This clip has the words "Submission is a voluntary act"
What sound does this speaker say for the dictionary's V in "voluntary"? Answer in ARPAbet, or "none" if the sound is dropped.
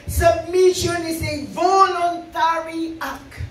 V